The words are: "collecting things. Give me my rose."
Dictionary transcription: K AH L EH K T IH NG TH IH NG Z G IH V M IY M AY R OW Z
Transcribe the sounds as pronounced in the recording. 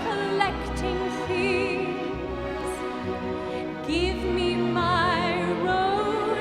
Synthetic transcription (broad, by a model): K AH L EH K T IH NG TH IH Z G IH V M IY M AY R OW